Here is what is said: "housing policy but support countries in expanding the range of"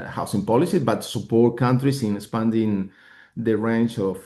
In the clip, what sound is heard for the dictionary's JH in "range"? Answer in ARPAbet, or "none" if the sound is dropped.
CH